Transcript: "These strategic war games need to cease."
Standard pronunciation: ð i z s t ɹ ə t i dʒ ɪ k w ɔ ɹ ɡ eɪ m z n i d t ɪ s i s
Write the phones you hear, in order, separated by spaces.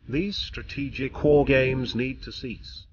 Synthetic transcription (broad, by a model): ð i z s t ɹ ə t i dʒ ɪ k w ɔ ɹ ɡ eɪ m z n i d t ɪ s i s